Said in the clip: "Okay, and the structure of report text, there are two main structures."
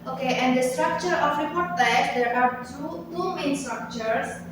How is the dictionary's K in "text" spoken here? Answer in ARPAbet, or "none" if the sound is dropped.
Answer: none